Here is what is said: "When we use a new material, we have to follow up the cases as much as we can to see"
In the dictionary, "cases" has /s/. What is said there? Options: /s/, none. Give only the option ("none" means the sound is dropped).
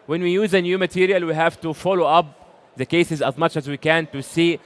/s/